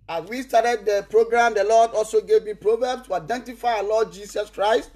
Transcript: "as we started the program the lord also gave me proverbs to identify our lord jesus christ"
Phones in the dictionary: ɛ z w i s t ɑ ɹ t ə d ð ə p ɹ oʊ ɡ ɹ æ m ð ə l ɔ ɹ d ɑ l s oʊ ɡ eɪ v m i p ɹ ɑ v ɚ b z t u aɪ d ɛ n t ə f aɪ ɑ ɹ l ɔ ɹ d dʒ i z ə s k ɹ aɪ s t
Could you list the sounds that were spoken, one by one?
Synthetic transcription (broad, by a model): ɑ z w i s t ɑ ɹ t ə d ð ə p ɹ oʊ ɡ ɹ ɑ m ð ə l ɔ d ɑ l s oʊ ɡ eɪ v m i p ɹ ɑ v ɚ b s t u aɪ d ɛ n t ə f aɪ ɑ l ɔ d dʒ i s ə s k ɹ aɪ s t